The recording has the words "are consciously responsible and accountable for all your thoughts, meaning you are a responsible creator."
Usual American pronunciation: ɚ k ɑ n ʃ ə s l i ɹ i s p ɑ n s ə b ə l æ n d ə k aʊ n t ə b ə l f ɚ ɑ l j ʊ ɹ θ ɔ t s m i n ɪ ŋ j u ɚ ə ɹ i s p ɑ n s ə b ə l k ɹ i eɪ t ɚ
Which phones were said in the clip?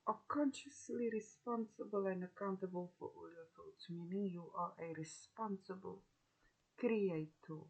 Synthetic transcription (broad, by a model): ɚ k ɑ n ʃ ə s l i ɹ i s p ɑ n s ə b ə l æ n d ə k aʊ n t ə b ə l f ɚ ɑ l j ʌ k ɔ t m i n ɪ j u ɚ ə ɹ i s p ɑ n s ə b ə l k ɹ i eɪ t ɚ